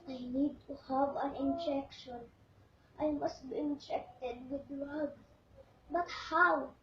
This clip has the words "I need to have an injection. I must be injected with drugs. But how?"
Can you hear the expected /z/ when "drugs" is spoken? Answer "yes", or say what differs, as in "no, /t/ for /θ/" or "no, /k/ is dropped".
no, /z/ is dropped